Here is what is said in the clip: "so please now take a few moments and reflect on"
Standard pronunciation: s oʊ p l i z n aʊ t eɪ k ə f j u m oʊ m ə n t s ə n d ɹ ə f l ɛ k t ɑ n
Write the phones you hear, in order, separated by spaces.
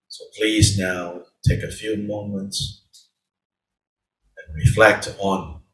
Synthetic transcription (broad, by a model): s oʊ p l i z n aʊ t eɪ k ə f j u m oʊ m ə n t s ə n ɹ ə f l ɛ k t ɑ n